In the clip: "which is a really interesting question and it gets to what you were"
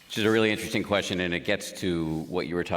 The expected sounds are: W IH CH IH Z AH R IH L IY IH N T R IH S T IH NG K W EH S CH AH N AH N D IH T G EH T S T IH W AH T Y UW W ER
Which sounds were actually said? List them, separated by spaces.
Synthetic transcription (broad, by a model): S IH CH IH Z AH R IH L IY IH N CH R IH S T IH NG K W EH S CH AH N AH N IH T G EH T S T IH W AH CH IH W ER